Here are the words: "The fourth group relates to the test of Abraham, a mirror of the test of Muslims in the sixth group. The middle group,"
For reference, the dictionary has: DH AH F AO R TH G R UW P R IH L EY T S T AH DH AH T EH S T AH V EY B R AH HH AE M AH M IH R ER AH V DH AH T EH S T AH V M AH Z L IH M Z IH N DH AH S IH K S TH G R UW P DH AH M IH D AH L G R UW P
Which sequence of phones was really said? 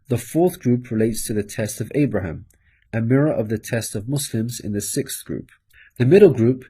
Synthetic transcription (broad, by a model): DH AH F AO TH G R UW P R IH L EY T S T AH DH AH T EH S T AH V EY B R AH HH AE M AH M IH R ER AH V DH AH T EH S T AH V M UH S L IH M Z IH N DH AH S IH K S TH G R UW P DH AH M IH D L G R UW P